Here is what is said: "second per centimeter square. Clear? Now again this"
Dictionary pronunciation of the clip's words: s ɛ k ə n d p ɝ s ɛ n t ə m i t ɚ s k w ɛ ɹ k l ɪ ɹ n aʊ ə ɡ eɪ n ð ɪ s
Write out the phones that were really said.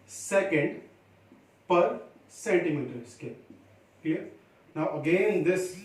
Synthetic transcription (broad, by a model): s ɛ k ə n d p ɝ s ɛ n t ə m i t ɚ s k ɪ l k ɛ n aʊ ə ɡ eɪ n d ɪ s